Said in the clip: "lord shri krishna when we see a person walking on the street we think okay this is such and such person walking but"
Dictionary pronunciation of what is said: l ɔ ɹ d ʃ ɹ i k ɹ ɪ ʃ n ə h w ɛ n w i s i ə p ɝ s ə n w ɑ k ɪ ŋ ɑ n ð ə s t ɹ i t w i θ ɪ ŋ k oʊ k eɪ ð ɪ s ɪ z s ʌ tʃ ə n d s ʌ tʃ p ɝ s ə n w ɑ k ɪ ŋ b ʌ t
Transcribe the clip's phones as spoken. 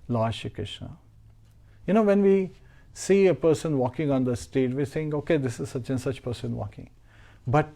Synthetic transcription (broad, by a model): l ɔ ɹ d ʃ i k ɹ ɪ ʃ n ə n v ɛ n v i s i ə p ɝ s ə n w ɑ k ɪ ŋ ɑ n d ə s t ɛ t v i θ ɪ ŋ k oʊ k eɪ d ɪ s ɪ z s ʌ tʃ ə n s ʌ tʃ p ɝ s ə n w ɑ k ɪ ŋ b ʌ t